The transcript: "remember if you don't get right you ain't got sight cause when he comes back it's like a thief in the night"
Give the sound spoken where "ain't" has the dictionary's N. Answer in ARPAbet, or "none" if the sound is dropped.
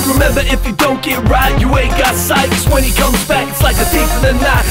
none